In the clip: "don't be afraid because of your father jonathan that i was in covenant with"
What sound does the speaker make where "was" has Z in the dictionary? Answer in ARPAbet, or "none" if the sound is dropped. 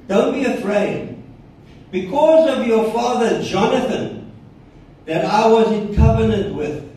Z